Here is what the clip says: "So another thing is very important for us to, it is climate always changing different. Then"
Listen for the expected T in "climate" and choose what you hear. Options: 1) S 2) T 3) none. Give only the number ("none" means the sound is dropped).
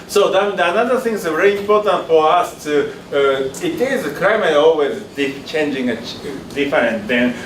3